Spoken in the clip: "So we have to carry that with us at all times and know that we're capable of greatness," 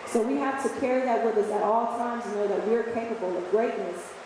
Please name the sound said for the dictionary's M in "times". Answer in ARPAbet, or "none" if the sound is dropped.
M